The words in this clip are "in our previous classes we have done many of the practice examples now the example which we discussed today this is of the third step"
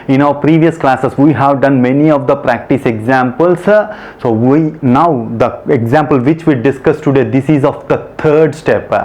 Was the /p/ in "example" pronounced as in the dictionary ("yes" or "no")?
yes